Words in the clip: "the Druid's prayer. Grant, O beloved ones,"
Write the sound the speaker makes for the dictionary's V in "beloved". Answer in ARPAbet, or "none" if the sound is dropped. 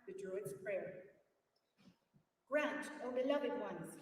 V